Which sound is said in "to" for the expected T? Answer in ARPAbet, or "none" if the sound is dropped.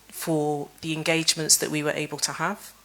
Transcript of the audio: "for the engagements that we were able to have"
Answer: T